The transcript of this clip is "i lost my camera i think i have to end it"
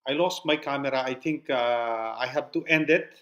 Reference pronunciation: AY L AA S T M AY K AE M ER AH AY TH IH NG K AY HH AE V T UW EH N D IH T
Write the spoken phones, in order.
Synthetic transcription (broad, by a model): AY L AA S T M AY K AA M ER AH AY T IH NG K AY HH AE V T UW EH N D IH T